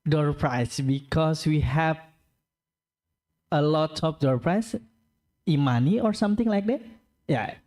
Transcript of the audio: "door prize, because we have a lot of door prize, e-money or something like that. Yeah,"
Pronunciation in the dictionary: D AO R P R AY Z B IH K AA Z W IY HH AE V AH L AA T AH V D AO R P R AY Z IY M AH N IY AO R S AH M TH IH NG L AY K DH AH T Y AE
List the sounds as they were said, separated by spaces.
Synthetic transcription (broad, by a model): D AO R P R AY S B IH K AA S W IY HH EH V AH L AA T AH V D AO R P R AY S IY M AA N IY AO R S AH M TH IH NG L AY K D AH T Y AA